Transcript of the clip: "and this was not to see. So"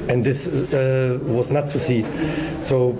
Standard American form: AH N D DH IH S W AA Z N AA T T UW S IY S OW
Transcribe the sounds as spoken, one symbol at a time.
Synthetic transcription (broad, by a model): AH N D DH IH S W AA Z N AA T T UW S IY S OW